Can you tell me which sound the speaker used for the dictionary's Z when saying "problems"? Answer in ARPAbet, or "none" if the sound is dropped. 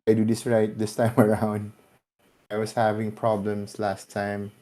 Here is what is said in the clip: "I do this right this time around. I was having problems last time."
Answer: S